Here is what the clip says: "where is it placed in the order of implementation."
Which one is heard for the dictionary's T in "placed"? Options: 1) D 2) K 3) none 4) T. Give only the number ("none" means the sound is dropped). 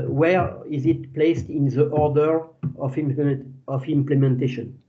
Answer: 4